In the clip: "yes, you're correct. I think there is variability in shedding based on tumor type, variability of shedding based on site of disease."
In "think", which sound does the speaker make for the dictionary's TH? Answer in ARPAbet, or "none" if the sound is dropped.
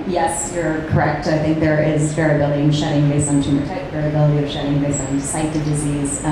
TH